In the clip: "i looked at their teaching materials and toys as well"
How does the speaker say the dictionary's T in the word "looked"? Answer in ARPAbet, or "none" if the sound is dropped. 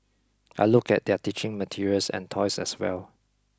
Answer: none